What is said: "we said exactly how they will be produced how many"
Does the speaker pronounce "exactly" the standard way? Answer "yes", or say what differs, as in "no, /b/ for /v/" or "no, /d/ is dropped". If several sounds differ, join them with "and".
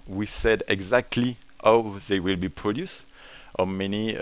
yes